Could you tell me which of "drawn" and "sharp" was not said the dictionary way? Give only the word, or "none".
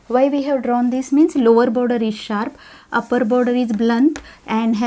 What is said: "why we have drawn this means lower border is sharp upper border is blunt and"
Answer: none